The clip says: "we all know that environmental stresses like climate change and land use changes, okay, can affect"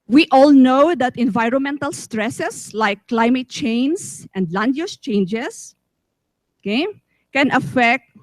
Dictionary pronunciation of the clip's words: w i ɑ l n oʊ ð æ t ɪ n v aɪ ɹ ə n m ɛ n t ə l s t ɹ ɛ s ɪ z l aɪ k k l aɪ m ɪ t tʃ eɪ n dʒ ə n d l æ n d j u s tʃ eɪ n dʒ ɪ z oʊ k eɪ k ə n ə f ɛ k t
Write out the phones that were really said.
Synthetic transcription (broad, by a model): w i ɑ l n oʊ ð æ t ɪ n v aɪ ɹ ə n m ɛ n t ə l s t ɹ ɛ s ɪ s l aɪ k k l aɪ m ɪ t tʃ eɪ n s ə n d l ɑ n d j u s tʃ eɪ n dʒ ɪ s oʊ k eɪ k ə n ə f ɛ k t